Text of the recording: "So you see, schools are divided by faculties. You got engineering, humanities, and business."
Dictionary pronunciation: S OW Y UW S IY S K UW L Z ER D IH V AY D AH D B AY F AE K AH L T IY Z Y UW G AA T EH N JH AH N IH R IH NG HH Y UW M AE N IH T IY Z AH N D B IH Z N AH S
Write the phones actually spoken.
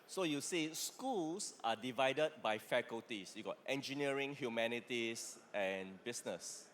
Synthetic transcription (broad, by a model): S OW Y UW S IY S K UW L S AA D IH V AY D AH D B AY F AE K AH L T IY S Y UW G AA T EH N JH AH N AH R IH NG HH Y UW M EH N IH T IY S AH N B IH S N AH S